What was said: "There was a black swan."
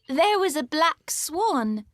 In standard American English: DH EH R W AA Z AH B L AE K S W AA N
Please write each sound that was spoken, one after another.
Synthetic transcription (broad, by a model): DH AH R W AA Z AH B L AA K S W AA N